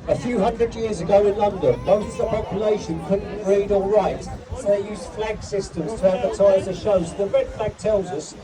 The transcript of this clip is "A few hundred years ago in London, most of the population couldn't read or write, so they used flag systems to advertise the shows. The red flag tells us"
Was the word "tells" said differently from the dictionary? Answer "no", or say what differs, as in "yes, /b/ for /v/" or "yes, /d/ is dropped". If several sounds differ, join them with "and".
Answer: no